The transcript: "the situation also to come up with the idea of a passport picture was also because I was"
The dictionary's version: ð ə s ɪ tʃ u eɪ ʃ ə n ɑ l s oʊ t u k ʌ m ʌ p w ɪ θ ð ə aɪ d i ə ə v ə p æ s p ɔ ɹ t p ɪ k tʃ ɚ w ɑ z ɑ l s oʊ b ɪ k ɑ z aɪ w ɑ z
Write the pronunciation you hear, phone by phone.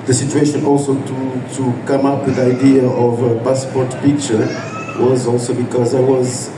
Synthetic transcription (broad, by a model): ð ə s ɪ tʃ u eɪ ʃ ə n ɑ l s oʊ t u k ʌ m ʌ p w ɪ ð ə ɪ d i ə ə v ə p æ s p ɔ ɹ t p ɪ k tʃ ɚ w ɑ z ɑ l s oʊ b ɪ k ɑ z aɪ w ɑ z